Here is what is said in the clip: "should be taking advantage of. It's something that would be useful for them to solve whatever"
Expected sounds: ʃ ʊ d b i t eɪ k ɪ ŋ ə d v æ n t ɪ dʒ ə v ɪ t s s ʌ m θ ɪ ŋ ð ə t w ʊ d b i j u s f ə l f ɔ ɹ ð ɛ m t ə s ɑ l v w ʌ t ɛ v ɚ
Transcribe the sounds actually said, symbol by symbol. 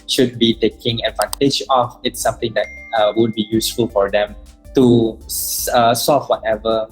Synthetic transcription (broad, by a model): ʃ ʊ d b i t eɪ k ɪ ŋ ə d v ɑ n t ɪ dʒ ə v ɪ t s s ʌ m t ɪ ŋ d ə t w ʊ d b i j u s f ə l f ɔ ɹ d ɛ m t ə s ɑ l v w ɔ t ɛ v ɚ